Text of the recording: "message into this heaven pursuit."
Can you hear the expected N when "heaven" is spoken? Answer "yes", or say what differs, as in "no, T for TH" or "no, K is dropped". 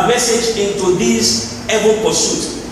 no, L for N